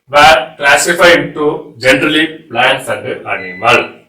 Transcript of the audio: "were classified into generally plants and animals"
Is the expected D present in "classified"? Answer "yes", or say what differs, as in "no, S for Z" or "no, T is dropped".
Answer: no, D is dropped